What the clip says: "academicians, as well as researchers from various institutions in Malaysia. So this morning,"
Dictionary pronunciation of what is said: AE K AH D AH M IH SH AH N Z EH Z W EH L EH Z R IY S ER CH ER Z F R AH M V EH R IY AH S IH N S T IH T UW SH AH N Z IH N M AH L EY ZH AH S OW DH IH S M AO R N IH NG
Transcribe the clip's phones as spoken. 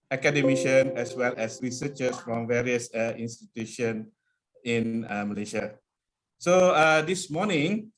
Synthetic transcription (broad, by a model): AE K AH D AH M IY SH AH N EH S W EH L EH S R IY S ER CH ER S F R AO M V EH R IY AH S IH N S T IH T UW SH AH N IH N M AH L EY SH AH S OW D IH S M AO N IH NG